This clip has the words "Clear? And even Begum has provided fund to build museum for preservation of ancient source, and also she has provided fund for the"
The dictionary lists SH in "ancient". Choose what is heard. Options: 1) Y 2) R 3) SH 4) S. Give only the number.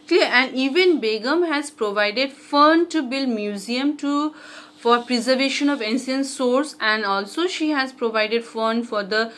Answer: 4